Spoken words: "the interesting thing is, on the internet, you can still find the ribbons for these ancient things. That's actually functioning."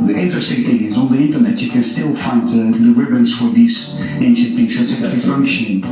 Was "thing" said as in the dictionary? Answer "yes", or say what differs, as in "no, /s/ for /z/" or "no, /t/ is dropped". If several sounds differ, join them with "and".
no, /t/ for /θ/